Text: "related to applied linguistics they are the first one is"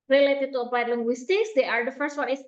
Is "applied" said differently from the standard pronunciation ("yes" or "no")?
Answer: yes